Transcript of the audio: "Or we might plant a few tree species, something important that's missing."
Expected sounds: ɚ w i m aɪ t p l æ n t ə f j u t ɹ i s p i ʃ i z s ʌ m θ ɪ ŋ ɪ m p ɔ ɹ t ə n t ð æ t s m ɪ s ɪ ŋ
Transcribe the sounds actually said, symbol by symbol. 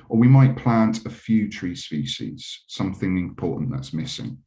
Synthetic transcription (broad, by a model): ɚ w i m aɪ t p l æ n t ə f j u t ɹ i s p i ʃ i z s ʌ m θ ɪ ŋ ɪ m p ɔ t n ð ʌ t s m ɪ s ɪ ŋ